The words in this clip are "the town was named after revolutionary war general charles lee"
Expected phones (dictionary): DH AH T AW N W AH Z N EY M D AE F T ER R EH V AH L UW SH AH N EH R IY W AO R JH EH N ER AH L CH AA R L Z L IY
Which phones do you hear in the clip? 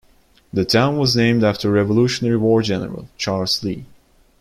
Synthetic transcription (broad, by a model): DH AH T AW N W AH Z N EY M D AE F T ER R EH V AH L UW SH AH N EH R IY W AO R JH EH N ER AH L CH AA R L Z L IY